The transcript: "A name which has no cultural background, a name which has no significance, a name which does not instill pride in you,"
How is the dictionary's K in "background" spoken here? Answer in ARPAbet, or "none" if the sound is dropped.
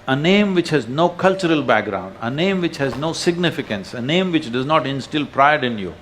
K